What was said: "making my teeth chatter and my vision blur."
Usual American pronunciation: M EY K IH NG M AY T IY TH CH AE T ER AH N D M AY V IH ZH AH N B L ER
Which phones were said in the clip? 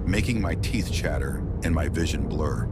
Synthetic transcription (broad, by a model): M EY K IH NG M AY T IY TH CH AE T ER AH N M AY V IH ZH AH N B L ER